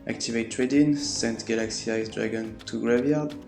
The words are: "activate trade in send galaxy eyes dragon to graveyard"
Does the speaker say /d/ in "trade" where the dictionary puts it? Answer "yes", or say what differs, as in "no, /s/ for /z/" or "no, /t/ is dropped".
yes